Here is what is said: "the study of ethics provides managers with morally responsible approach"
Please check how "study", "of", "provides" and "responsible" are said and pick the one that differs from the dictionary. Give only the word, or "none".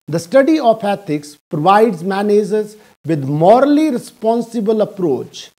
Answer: of